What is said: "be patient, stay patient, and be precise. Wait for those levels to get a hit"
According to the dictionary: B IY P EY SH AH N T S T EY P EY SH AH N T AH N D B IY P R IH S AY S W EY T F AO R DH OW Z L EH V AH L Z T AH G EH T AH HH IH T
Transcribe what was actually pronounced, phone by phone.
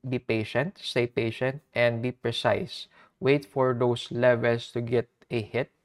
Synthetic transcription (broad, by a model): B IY P EY SH AH N T S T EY P EY SH AH N T AH N D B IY P R IH S AY S W EY T F AO R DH OW S L EH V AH L S T AH G EH T AH HH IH T